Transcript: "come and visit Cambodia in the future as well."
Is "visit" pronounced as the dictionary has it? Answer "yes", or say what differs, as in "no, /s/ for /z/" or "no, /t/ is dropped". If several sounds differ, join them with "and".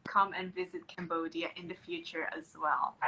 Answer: yes